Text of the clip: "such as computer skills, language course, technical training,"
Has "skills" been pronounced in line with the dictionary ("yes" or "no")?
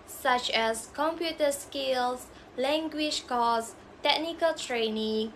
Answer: no